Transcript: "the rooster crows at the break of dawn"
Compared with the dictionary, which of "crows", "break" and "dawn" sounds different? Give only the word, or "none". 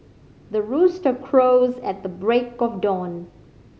none